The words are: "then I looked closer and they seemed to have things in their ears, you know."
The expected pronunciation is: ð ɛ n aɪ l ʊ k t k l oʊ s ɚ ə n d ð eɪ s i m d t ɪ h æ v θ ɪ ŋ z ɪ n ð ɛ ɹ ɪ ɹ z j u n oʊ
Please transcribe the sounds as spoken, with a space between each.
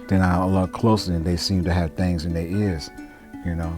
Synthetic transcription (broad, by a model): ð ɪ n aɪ l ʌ t k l oʊ s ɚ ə n ð eɪ s i m t ɪ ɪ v θ ɪ ŋ z ɪ n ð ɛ ɪ ɹ z j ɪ n oʊ